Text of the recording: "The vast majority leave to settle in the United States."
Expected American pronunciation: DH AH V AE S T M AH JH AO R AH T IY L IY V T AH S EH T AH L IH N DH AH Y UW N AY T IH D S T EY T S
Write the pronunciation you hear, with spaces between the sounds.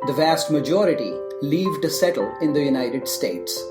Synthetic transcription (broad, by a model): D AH V AE S T M AH JH AO R AH T IY L IY V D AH S EH T AH L IH N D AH Y UW N AY T IH D S T EY T S